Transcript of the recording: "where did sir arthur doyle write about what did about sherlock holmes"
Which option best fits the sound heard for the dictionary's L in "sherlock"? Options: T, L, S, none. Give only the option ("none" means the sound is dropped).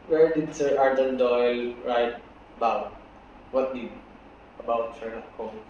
none